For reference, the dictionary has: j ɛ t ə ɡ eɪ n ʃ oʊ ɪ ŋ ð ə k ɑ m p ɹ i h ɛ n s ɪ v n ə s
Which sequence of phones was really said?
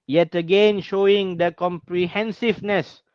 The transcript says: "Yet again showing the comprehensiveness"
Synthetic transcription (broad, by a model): j ɛ t ə ɡ eɪ n ʃ oʊ ɪ ŋ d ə k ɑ m p ɹ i h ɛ n s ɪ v n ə s